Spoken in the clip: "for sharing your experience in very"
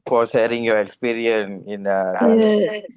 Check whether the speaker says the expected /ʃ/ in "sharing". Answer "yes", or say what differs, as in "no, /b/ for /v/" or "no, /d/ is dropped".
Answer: no, /s/ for /ʃ/